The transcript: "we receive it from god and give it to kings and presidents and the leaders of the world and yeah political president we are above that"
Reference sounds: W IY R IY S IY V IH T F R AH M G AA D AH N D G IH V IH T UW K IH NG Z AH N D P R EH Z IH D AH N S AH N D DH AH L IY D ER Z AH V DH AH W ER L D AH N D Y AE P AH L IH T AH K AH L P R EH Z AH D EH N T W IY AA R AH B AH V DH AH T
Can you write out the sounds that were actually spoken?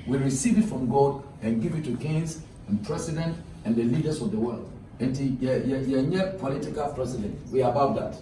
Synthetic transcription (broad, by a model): W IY R IY S IY V IH T F R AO M G AA D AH N G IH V IH T UW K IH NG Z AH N P R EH S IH D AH N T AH N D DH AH L IY D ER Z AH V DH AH W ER L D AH N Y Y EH P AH L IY T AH K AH L P R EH S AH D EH N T W IY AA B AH UH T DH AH T